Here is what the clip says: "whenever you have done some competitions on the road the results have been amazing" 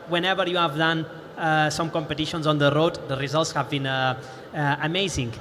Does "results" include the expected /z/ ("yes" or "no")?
yes